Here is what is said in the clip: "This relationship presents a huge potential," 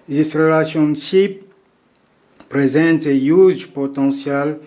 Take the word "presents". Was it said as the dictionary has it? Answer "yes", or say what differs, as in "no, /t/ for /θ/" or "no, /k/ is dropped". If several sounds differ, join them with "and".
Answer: no, /s/ is dropped